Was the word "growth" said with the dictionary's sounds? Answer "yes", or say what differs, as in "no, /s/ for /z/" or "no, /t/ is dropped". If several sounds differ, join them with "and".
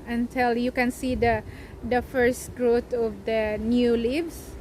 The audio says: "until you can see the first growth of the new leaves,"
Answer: no, /t/ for /θ/